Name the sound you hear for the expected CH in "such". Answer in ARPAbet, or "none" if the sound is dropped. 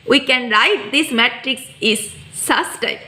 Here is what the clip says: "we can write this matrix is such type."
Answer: S